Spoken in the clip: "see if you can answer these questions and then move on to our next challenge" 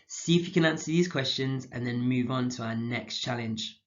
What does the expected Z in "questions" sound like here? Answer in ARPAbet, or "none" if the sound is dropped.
Z